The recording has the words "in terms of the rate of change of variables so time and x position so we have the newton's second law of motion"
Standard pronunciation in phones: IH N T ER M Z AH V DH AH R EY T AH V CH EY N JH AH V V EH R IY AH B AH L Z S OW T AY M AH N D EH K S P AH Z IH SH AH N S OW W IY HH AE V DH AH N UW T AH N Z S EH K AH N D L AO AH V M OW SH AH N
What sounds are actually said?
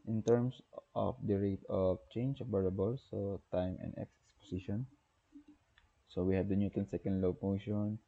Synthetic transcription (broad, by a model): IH N T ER M S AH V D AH R EY T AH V CH EY N JH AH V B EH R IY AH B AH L S OW T AY M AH N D EH K S P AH S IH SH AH N S OW W IY HH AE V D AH N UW T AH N S EH K AH N D L AO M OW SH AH N